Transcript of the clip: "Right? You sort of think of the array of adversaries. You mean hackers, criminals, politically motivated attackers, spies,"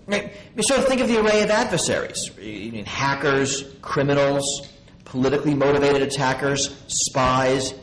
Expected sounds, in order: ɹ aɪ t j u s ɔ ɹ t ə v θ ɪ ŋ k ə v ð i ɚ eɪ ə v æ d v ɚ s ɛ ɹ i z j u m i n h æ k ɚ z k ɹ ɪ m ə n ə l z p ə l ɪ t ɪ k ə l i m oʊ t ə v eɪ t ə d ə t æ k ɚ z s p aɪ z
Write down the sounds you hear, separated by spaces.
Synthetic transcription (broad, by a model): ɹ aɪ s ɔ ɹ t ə θ ɪ ŋ k ə v ð i ɚ eɪ ə v æ d v ɚ s ɛ ɹ i z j m i n h æ k ɚ z k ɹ ɪ m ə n l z p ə l ɪ t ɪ k l i m oʊ t ə v eɪ t ə d ə t æ k ɚ z s p aɪ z